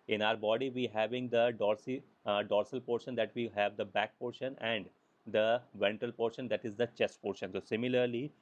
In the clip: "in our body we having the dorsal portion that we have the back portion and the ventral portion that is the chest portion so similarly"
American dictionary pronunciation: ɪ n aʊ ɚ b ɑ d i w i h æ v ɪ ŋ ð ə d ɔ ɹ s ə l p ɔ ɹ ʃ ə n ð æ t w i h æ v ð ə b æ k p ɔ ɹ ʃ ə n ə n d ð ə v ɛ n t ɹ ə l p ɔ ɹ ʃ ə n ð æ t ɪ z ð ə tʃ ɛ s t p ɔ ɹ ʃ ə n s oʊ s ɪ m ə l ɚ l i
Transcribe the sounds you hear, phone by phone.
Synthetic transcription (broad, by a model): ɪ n aʊ ɚ b ɑ d i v i h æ v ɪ ŋ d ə d ɔ ɹ s ə l p ɔ ɹ ʃ ə n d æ t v i h æ v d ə b æ k p ɔ ɹ ʃ ə n ə n d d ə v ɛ n t ə l p ɔ ɹ ʃ ə n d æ t ɪ z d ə tʃ ɛ s t p ɔ ɹ ʃ ə n s oʊ s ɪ m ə l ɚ l i